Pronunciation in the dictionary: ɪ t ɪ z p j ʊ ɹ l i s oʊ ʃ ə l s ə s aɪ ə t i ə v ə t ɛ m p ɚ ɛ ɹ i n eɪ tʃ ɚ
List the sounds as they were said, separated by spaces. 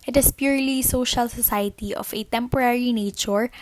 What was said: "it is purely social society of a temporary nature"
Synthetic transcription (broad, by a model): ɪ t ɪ s p j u ɹ l i s oʊ ʃ ə l s ə s aɪ ə t i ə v ə t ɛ m p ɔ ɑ ɹ i n eɪ tʃ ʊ